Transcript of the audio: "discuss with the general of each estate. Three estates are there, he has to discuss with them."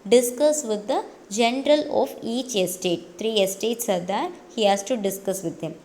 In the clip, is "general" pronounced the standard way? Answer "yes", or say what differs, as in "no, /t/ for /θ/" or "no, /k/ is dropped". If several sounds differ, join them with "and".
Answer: yes